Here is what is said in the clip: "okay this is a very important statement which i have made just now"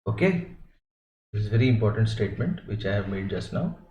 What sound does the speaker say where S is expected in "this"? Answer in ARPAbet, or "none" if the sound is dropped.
none